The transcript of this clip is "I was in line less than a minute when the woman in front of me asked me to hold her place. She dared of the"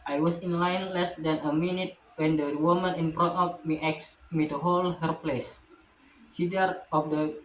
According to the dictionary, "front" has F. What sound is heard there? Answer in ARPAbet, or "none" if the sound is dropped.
P